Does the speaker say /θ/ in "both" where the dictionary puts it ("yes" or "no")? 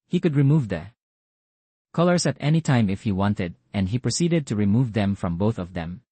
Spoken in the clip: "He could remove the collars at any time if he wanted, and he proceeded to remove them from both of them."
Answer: yes